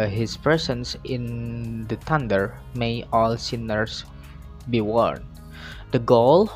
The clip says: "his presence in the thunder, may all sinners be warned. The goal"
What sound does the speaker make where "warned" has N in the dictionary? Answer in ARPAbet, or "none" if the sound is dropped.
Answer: N